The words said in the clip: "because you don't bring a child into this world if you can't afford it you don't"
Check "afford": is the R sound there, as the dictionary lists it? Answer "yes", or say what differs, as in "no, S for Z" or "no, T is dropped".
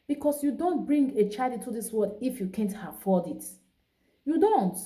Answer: no, L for R